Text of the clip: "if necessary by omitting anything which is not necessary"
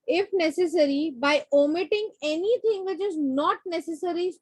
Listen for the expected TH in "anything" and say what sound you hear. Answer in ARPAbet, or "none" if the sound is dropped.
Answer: T